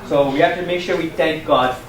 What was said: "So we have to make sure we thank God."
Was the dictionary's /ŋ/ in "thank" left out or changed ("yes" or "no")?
no